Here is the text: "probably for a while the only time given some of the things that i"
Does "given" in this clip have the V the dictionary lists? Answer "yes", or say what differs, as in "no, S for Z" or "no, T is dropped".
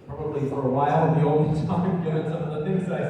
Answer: no, V is dropped